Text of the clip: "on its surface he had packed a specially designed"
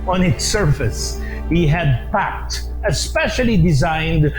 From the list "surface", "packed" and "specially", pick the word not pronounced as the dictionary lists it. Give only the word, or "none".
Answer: none